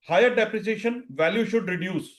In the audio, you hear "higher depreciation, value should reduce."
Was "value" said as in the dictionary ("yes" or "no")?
yes